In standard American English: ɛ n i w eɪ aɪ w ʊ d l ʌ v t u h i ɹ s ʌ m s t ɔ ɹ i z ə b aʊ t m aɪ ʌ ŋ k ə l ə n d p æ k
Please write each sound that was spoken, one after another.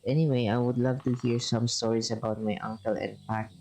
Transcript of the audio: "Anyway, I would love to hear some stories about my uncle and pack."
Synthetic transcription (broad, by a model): ɛ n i w eɪ aɪ w ʊ d l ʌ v t u h i ɹ s ʌ m s t ɔ ɹ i s ə b aʊ t m aɪ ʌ ŋ k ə l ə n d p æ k